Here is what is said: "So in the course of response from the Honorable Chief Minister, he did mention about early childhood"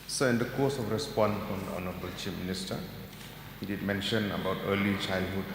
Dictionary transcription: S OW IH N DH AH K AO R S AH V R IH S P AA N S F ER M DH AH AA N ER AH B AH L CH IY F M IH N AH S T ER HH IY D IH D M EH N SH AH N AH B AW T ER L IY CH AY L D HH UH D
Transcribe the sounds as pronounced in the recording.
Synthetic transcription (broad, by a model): S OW IH N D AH K AO S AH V R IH S P AA N F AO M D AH AA N ER AH B AH L CH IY P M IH N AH S T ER HH IY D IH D M EH N SH AH N AH B AW T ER L IY CH AY L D HH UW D